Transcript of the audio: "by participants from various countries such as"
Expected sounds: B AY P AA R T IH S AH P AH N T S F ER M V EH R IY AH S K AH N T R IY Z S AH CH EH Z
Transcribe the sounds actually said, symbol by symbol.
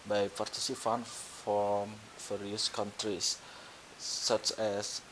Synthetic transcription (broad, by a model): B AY P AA R T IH S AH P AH N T F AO M F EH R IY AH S K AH N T R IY S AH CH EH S